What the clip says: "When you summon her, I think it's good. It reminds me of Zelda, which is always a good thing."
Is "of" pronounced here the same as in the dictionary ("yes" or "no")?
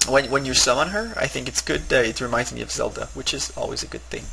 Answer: yes